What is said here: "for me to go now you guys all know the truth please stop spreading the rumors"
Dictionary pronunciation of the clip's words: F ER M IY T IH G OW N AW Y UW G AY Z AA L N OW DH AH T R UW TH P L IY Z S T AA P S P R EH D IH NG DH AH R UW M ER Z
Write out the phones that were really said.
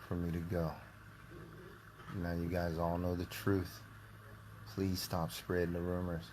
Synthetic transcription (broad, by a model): F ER M IY T IH G OW N AW Y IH G AY Z AA L N OW DH AH T R UW TH P L IY Z S T AA P S P R EH D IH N DH AH R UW M ER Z